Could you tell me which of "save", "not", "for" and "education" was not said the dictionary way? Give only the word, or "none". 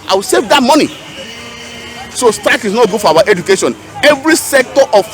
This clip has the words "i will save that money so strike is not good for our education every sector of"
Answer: for